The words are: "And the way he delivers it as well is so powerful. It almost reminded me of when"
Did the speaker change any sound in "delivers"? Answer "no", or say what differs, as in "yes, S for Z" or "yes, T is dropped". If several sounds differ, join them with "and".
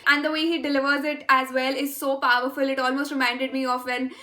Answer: no